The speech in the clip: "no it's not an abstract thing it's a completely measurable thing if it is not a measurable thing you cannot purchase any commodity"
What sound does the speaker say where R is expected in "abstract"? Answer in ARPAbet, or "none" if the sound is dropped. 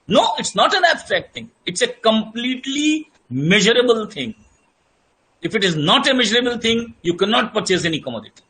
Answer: R